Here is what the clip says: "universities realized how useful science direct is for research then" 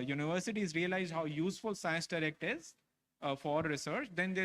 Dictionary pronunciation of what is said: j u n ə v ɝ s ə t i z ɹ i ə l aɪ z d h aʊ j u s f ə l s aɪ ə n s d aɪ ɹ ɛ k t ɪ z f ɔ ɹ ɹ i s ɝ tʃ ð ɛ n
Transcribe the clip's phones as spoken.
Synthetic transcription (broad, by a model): j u n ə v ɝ s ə t i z ɹ i ə l aɪ z d h aʊ j u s f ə l s aɪ ə n s d aɪ ɹ ɛ k t ɪ z f ɔ ɹ ɹ i s ɝ tʃ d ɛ n